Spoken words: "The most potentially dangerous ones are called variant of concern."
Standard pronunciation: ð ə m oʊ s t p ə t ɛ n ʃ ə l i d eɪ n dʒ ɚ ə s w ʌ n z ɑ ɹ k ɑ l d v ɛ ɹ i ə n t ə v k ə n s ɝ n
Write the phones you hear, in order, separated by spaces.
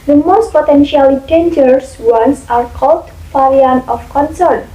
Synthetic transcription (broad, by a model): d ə m oʊ s t p ə t ɛ n ʃ ə l i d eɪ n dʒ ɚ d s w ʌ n s ɑ ɹ k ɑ l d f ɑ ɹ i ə n ə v k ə n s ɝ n